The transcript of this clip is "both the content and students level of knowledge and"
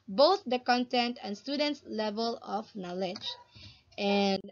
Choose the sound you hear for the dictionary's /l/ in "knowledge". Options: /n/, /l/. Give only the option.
/l/